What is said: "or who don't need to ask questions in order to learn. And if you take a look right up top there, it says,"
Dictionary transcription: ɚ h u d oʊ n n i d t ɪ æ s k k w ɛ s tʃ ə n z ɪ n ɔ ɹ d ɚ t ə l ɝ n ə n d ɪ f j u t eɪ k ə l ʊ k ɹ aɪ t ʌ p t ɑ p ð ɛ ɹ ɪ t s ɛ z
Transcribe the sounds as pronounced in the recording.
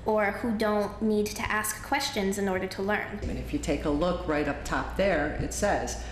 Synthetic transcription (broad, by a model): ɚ h u d oʊ n n i d t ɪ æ s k k w ɛ s tʃ ə n z ɪ n ɔ ɹ d ɚ t ə l ɝ n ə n ɪ f j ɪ t eɪ k ə l ʊ k ɹ aɪ t ʌ p t ɑ p ð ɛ ɹ ɪ t s ɛ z